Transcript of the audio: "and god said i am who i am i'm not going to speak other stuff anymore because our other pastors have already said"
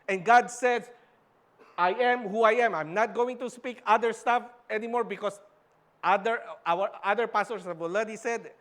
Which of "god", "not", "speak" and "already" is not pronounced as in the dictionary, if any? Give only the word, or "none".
already